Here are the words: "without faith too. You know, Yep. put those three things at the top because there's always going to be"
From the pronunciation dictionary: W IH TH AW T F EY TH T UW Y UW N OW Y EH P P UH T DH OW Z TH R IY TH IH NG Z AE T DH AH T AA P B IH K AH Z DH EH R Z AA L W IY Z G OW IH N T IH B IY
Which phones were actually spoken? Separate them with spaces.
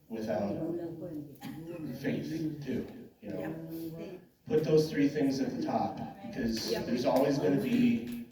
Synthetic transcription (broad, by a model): W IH TH AW T F EY TH T UW Y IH N OW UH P P UH T DH OW Z TH R IY TH IH NG Z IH T DH AH T AA P B IH K AH Z DH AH R Z AA L W IY Z G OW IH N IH B IY